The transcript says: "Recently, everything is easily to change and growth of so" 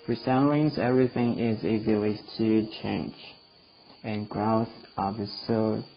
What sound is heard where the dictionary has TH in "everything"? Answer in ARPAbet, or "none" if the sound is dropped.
TH